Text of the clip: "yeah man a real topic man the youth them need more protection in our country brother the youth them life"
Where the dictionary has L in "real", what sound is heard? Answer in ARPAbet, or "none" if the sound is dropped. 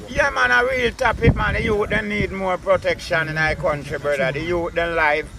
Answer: L